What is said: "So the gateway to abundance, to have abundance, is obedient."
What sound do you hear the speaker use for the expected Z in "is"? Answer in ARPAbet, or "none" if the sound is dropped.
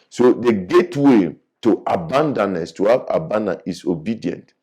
S